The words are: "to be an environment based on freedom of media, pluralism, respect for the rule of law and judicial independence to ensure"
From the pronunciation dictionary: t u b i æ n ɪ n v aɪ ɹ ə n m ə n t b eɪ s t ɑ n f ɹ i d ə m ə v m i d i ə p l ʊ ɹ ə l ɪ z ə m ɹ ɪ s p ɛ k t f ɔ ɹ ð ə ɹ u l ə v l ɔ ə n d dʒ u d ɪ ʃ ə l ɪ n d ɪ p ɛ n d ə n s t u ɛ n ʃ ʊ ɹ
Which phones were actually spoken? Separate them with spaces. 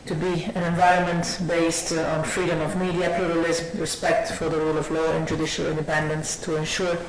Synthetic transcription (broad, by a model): t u b i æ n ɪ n v aɪ ɹ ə n m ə n t b eɪ s t ɑ n f ɹ i d ə m ə v m i d i ə p l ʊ ɹ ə l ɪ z m ɹ ɪ s p ɛ k t f ɔ ɹ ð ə ɹ u l ə v l ɔ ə n dʒ u d ɪ ʃ ə l ɪ n d ɪ p ɛ n d ə n s t u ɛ n ʃ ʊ ɹ